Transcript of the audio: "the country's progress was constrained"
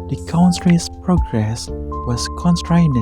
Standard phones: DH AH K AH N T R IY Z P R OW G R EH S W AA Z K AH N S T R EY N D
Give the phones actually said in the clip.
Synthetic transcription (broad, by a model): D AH K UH N S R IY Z P R OW G R EH S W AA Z K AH N S T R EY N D